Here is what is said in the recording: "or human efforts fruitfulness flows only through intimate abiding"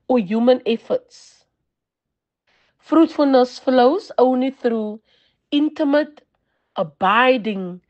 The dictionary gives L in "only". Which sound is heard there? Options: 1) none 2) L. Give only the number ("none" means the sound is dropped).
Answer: 1